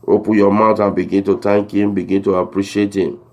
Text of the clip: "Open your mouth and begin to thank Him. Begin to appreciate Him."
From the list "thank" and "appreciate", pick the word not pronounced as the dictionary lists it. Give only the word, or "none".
thank